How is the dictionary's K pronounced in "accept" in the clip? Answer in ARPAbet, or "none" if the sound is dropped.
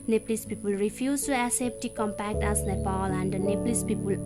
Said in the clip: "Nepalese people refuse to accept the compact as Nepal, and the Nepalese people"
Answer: none